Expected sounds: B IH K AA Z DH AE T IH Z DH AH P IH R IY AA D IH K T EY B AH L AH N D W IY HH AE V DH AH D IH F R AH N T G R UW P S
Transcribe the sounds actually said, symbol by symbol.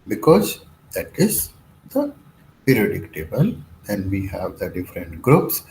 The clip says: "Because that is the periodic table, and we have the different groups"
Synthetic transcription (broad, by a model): B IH K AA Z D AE T IH Z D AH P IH R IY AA D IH K T EY B AH L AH N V IY HH AE V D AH D IH F R AH N T G R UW P S